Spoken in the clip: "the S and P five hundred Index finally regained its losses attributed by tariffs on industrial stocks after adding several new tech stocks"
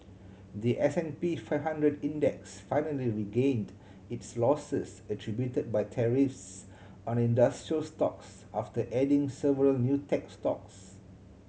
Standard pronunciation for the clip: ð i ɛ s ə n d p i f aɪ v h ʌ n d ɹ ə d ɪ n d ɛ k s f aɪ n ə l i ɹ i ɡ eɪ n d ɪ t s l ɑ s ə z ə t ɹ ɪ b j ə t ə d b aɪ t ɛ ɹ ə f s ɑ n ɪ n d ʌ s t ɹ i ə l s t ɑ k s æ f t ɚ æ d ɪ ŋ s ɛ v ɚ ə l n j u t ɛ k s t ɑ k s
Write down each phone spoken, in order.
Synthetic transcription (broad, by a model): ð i ɛ s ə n p i f aɪ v h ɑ n d ɹ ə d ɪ n d ɛ k s f aɪ n ə l i ɹ i ɡ eɪ n d ɪ t s l ɑ s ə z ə t ɹ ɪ b j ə t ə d b aɪ t ɛ ɹ ə f s ɑ n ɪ n d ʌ s t ɹ i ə l s t ɑ k s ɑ f t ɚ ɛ d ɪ ŋ s ɛ v ɚ ə l n j u t ɛ k s t ɑ k s